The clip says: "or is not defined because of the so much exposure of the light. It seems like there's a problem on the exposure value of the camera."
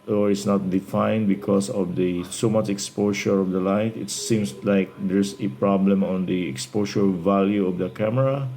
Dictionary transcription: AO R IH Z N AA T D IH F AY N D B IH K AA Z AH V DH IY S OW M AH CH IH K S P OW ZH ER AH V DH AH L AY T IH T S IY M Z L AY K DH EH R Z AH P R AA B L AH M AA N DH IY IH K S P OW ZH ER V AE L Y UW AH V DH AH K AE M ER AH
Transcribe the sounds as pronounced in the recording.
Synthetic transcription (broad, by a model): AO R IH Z N AA T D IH F AY N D B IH K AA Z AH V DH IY S OW M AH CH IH K S P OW SH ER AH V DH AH L AY T IH T S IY M S L AY K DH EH R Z AH P R AA B L AH M AA N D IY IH K S P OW SH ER V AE L Y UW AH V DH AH K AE M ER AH